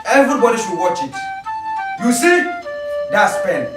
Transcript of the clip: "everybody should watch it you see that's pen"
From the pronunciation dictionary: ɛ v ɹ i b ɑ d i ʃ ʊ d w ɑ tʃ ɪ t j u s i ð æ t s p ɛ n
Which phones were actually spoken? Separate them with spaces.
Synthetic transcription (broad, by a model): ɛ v ɹ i b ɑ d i ʃ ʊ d w ɑ tʃ ɪ t j u s i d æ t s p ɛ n